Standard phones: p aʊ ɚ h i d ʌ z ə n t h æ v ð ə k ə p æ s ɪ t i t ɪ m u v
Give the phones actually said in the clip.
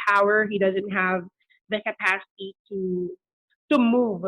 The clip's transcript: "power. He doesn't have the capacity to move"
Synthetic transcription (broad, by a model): aʊ ɚ h i d ʌ z ə n t h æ v ð ə k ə p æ s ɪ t i t ɪ m u v